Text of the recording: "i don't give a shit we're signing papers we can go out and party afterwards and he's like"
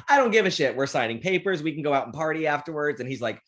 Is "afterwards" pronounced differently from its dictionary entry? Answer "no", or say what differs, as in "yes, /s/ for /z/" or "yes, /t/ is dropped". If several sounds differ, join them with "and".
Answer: no